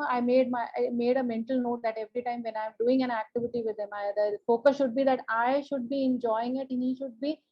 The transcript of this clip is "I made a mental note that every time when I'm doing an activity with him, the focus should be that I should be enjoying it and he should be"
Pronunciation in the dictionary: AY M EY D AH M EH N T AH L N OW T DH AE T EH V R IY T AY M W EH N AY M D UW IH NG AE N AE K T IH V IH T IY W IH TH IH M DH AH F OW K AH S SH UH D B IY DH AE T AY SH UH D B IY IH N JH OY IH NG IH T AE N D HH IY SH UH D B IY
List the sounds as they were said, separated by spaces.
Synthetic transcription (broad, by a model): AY M EY D AH M EH N T AH L N OW T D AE T EH V R IY T AY M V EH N AY M D UW IH NG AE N AE K T IH V IH T IY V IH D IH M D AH F OW K AH S SH UH D B IY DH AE T AY SH UH D B IY IH N JH OY IH NG IH T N HH IY SH UH D B IY